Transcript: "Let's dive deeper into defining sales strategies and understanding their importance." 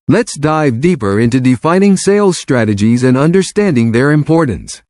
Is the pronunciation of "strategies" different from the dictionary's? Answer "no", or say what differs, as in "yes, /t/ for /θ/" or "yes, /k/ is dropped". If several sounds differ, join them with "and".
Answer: no